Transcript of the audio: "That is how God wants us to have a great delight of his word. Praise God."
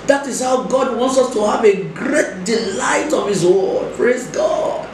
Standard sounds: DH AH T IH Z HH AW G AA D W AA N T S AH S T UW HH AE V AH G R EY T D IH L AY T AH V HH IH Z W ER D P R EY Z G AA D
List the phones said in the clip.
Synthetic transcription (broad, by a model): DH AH T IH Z HH AW G AA D W AA N T S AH S T UW HH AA V AH G R EY T D IH L AY T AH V HH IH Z W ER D P R EY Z G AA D